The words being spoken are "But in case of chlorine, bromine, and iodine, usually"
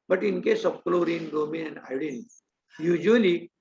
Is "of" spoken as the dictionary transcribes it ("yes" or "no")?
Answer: no